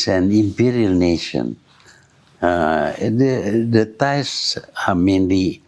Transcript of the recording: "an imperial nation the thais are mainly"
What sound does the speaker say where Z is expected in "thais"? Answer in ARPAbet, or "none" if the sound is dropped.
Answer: S